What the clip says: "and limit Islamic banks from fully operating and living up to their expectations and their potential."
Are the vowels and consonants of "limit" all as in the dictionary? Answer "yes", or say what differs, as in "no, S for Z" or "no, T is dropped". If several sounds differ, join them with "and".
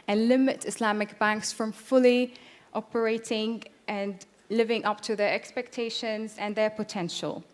yes